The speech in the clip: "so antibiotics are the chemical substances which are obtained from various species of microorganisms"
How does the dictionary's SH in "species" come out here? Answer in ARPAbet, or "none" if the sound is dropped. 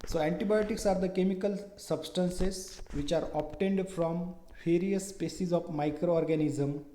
S